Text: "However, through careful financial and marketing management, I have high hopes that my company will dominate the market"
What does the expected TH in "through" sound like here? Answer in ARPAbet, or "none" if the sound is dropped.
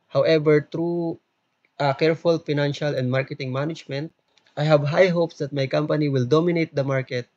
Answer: T